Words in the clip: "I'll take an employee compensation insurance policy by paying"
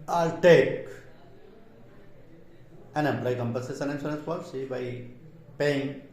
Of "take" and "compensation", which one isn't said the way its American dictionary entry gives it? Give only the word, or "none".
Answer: compensation